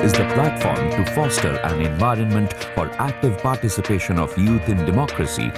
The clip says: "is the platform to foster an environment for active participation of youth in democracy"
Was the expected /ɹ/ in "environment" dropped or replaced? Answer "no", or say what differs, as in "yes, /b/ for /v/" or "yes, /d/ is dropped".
no